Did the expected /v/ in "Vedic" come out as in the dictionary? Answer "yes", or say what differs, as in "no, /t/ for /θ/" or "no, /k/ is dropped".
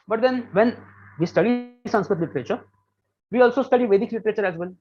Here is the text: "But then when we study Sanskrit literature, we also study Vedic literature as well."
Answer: yes